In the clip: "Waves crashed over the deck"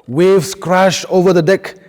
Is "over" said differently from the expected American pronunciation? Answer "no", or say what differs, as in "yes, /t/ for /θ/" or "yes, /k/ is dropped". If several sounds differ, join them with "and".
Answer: no